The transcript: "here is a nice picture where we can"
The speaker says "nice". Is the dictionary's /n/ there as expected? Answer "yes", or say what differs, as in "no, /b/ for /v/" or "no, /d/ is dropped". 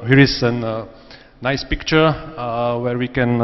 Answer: yes